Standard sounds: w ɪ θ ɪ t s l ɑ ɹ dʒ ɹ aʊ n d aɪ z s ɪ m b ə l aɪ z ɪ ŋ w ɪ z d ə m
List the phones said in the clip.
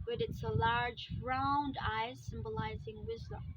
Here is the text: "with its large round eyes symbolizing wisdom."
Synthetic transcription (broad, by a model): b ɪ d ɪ t s l ɑ ɹ dʒ ɹ aʊ n d aɪ s ɪ m b ə l aɪ z ɪ ŋ w ɪ z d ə m